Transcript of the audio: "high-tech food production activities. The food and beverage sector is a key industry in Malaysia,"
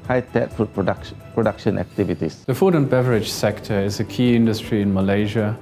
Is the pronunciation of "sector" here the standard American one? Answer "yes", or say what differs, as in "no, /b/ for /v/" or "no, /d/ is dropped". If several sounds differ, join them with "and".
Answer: yes